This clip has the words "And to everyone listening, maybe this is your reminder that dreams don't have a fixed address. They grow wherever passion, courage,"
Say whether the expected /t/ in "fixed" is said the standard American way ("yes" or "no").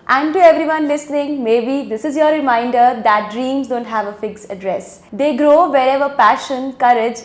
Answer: no